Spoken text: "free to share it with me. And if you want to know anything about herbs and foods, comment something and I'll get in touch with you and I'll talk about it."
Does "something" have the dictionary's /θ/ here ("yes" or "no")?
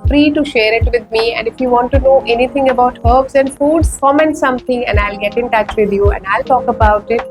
no